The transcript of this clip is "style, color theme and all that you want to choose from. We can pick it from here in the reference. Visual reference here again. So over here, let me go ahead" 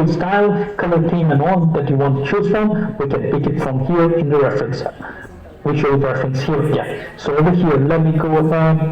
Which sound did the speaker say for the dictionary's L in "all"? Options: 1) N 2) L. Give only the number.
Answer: 1